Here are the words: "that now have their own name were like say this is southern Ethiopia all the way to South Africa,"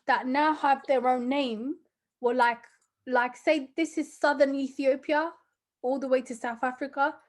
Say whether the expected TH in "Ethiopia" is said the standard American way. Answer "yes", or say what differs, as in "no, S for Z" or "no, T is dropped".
yes